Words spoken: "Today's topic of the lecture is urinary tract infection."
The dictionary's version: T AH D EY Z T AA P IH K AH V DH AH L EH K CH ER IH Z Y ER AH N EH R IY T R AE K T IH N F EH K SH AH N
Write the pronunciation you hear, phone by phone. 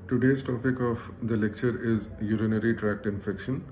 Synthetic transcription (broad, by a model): T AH D EY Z T AA P IH K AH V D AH L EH K CH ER IH Z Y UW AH N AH R IY T R AE K T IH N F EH K SH AH N